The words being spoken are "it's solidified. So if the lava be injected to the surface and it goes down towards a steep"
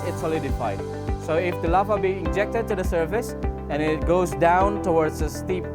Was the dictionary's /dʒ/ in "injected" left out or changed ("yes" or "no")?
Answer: no